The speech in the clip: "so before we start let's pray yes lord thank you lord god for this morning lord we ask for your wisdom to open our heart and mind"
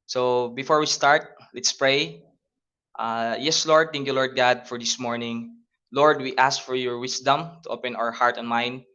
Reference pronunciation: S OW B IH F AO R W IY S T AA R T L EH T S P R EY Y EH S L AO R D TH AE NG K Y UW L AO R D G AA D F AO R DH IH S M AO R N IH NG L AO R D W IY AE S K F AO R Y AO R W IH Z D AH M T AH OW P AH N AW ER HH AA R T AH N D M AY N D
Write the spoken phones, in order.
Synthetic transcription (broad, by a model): S OW B IH F AO R W IY S T AA R T L EH T S P R EY Y EH S L AO R D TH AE NG K Y UW L AO R D G AA D F AO R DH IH S M AO R N IH NG L AO R D W IY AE S K F AO R Y AO R W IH S D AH M T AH OW P AH N AW ER HH AA R T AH N M AY N D